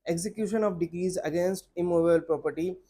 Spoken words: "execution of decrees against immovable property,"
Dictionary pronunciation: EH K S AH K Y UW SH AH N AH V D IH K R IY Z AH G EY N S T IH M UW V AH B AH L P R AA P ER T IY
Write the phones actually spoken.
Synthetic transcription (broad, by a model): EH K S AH K Y UW SH AH N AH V D IH K R IY Z AH G EY N S T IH M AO B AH AH L P R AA P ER T IY